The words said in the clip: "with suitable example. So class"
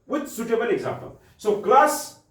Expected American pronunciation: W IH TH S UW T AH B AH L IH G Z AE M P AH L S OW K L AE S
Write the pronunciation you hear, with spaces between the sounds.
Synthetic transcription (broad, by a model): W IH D S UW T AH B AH N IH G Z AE M P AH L S OW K L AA S